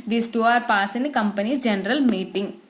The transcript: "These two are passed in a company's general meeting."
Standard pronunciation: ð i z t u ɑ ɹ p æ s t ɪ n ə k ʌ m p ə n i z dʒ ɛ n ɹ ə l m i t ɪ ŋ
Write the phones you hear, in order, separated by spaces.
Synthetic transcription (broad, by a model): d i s t u ɑ ɹ p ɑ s ɪ n ə k ʌ m p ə n i dʒ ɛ n ɹ ə l m i t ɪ ŋ